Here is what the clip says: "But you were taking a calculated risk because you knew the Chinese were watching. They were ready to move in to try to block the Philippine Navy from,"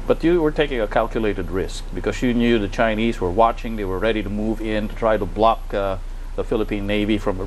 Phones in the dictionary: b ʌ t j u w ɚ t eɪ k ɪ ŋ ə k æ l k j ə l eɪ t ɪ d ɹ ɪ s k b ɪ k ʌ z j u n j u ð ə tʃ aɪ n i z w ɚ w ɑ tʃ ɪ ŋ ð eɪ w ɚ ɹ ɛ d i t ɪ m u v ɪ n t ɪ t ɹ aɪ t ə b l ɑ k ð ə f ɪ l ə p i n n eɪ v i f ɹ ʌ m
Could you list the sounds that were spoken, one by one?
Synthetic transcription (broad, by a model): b ʌ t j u w ɚ t eɪ k ɪ ŋ ə k æ l k j ə l eɪ t ɪ d ɹ ɪ s k b ɪ k ʌ z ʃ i n j u ð ə tʃ aɪ n i z w ɚ w ɑ tʃ ɪ ŋ ð eɪ w ɚ ɹ ɛ d i t ɪ m u v ɪ n t ɪ t ɹ aɪ t ə b l ɑ k ð ə f ɪ l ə p i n n eɪ v i f ɹ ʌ m